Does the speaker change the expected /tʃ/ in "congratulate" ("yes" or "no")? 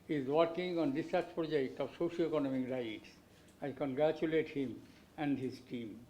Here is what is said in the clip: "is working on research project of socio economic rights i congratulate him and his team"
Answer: no